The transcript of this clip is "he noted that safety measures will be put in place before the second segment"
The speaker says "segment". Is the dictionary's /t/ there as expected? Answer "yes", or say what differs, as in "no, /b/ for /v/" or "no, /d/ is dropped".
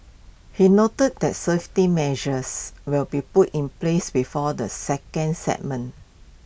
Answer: no, /t/ is dropped